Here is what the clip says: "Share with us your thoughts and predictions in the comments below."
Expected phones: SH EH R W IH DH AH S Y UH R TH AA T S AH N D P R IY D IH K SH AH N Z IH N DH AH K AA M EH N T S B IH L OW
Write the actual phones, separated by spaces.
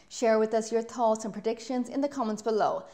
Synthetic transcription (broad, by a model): SH EH R W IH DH AH S Y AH R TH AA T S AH N P R IY D IH K SH AH N Z IH N DH AH K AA M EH N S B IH L OW